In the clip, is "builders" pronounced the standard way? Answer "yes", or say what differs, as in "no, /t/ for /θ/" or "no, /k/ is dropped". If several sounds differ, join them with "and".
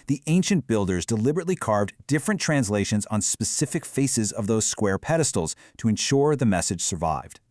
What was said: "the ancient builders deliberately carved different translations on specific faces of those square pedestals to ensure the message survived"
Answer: yes